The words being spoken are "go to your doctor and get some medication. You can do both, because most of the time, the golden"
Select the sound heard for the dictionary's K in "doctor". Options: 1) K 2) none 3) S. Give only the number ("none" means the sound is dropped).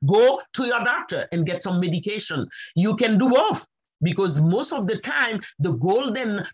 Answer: 1